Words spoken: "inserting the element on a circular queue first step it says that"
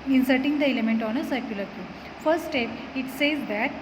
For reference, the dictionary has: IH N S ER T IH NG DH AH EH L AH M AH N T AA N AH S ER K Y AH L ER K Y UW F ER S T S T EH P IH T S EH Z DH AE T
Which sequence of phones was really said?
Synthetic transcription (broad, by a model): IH N S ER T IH NG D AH EH L AH M AH N T AA N AH S ER K Y AH L ER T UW F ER T S T EH P IH T S EH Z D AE T